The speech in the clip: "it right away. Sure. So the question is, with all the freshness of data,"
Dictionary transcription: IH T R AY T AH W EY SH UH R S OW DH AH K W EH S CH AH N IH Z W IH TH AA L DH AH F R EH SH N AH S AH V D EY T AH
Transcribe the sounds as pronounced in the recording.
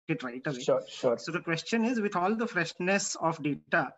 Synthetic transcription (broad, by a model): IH T R AY T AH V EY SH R S OW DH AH K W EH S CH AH N IH Z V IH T AA L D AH F R EH SH N AH S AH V D EY T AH